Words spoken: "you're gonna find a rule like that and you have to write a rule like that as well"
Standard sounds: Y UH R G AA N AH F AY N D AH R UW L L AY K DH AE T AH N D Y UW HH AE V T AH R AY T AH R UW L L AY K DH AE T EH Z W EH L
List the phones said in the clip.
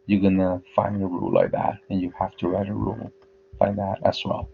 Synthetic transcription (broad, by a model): Y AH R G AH N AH F AY N D AH R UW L L AY K DH AE T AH N Y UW HH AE F T AH R AY T AH R UW L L AY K DH AE T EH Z W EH L